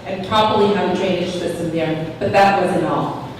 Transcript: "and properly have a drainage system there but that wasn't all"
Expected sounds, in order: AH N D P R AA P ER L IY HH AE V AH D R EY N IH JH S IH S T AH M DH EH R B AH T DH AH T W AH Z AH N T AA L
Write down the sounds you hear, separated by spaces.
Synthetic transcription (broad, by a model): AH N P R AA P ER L IY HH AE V AH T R EY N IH SH S IH S T AH M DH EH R B AH T DH AH T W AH Z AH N AA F